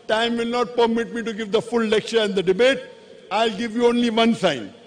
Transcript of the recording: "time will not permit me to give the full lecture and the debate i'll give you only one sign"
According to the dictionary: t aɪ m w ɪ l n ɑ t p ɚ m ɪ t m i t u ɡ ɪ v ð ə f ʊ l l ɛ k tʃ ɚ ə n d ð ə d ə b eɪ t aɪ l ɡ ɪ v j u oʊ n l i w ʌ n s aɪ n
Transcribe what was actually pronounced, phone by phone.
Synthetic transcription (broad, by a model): t aɪ m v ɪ l n ɑ t p ɚ m ɪ t m i t u ɡ ɪ v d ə f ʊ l l ɛ k tʃ ɚ ə n d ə d ə b eɪ t aɪ l ɡ ɪ v j u oʊ n l i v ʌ n s aɪ n